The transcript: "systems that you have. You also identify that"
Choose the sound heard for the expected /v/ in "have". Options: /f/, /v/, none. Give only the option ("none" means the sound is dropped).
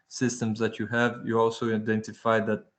/v/